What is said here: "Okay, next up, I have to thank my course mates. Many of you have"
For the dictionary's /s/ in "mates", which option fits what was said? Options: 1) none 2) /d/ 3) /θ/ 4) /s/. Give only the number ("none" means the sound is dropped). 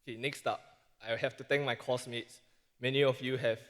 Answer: 4